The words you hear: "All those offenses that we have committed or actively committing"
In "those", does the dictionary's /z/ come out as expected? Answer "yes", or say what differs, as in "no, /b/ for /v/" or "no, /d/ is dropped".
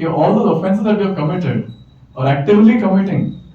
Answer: no, /z/ is dropped